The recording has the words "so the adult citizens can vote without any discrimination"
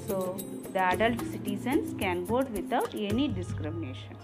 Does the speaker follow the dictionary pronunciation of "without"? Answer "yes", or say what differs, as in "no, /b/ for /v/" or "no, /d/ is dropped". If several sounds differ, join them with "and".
no, /t/ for /θ/